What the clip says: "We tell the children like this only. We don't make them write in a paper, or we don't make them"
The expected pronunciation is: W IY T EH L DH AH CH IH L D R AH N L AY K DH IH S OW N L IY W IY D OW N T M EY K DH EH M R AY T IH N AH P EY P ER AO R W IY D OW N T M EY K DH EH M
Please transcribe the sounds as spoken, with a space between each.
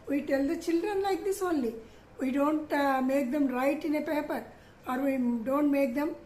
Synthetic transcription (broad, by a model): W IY T EH L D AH CH IH L D R AH N L AY K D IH S OW N L IY W IY D OW N T M EY K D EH M R AY T IH N AH P EY P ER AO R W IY D OW N T M EY K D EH M